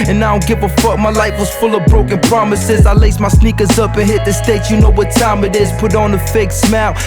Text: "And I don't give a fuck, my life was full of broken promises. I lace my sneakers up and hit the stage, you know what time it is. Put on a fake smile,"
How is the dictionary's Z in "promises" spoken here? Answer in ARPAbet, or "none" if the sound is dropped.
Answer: Z